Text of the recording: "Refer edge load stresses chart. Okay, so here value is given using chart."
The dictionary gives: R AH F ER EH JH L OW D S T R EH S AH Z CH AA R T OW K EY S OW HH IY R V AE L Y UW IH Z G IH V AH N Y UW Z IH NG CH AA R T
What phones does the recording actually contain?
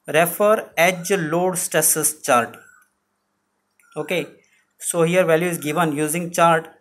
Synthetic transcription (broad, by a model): R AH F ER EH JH L OW D S T EH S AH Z CH AA R T OW K EY S OW HH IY R V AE L Y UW IH Z G IH V AH N Y UW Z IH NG CH AA R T